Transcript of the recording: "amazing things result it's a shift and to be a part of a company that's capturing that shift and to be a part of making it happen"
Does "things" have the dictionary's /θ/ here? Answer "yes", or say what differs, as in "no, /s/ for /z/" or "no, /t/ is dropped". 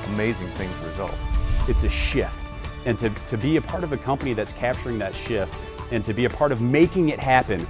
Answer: yes